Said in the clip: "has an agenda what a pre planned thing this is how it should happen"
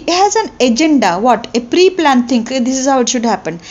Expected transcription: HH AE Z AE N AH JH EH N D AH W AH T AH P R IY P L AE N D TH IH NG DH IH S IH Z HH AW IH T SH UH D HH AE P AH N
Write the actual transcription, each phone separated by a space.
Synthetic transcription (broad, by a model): HH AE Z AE N AH JH EH N D AH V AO T AH P R IY P L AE N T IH NG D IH S IH Z HH AW IH T SH UH D HH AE P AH N